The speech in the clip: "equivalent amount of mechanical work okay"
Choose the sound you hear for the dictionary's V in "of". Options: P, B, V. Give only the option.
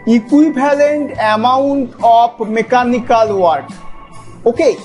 P